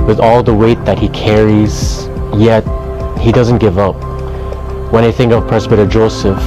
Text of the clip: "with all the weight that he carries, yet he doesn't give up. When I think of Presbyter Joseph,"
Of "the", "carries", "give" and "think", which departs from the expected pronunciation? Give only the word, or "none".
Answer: none